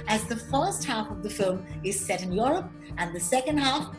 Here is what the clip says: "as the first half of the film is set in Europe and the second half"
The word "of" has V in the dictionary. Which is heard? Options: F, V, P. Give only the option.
V